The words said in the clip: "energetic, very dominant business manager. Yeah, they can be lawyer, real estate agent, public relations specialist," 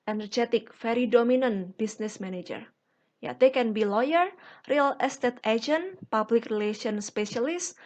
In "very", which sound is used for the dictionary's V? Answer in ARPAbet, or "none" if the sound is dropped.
F